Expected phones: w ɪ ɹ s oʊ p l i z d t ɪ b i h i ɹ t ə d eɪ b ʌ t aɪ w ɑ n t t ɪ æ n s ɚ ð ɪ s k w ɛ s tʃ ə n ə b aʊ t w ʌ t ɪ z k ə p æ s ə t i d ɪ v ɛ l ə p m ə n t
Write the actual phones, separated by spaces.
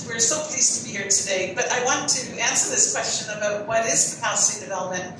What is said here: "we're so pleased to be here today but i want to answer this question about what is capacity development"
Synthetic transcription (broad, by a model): w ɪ ɹ s oʊ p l i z t ɪ b i h i ɹ t ə d eɪ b ʌ t aɪ w ɑ n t t ɪ æ n s ɚ ð ɪ s k w ɛ s tʃ ə n ə b aʊ t w ʌ t ɪ z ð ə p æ ə s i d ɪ v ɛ l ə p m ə n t